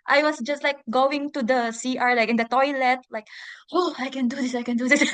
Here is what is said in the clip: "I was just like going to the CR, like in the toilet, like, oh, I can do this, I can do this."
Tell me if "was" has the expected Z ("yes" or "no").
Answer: no